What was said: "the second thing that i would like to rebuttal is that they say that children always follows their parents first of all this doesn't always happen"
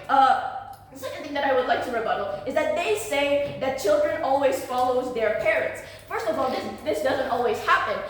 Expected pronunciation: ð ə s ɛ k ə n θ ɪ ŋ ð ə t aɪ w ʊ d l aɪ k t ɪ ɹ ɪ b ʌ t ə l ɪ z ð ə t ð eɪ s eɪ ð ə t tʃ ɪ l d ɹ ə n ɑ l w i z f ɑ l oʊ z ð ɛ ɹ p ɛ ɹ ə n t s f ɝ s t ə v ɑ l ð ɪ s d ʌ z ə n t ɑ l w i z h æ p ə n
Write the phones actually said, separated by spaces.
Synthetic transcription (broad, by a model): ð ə s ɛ k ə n θ ɪ ŋ ð ə t aɪ w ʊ d l aɪ k t ɪ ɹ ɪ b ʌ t l ɪ z ð ə t ð eɪ s eɪ ð ə t tʃ ɪ l d ɹ ə n ɑ l w i z f ɑ l oʊ z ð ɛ ɹ p ɛ ɹ ə n t s f ɝ s t ə v ɑ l ð ɪ s d ʌ z ə n t ɑ l w i z h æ p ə n